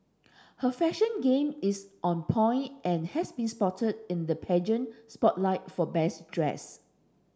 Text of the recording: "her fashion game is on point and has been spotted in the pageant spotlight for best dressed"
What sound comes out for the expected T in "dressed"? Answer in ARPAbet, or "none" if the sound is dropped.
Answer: none